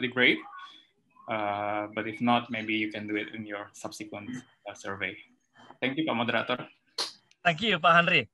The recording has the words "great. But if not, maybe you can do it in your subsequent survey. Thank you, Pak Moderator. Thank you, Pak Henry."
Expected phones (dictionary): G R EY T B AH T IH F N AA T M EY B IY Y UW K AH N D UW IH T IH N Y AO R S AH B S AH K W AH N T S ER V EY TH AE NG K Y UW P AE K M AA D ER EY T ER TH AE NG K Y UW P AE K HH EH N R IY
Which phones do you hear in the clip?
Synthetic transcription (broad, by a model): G R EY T B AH T IH F N AA T M EY B IY Y UW K AH N D UW IH T IH N Y AO R S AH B S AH K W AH N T S ER V EY T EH NG K Y UW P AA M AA D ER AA T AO T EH NG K Y UW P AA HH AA N R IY